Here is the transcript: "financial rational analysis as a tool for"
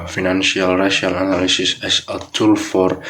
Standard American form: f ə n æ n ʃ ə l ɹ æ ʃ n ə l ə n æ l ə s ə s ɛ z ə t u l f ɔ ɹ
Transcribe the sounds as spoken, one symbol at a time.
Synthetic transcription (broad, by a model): f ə n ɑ n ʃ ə l ɹ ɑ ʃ ə l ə n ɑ l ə s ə s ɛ s ə t u l f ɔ ɹ